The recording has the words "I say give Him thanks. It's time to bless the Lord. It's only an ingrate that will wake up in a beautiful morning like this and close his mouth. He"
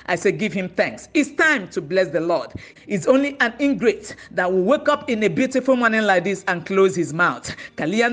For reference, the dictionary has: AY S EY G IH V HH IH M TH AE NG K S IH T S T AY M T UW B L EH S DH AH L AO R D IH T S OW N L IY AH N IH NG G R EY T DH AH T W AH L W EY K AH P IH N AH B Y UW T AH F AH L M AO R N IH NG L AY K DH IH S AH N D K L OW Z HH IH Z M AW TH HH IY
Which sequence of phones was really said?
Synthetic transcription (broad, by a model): AY S EY G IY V HH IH M TH AE NG K S IH T S T AY M T UW B L EH S DH AH L AO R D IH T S OW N L IY AH N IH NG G R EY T DH AH T W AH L W EY K AH P IH N AH B Y UW T AH F AH L M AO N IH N L AY K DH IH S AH N K L OW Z HH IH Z M AW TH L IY